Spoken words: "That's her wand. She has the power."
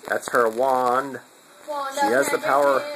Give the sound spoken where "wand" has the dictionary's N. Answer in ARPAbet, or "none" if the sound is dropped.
N